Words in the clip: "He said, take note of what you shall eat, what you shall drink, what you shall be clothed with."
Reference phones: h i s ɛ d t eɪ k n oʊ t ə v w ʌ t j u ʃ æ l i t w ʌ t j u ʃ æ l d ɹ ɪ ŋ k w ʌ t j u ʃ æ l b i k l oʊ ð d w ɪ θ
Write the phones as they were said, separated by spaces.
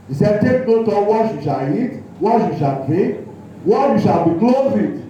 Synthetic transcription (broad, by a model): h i s ɛ d t eɪ k n oʊ t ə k w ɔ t j u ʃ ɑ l i t w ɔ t j u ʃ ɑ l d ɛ k w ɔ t j u ʃ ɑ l b i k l oʊ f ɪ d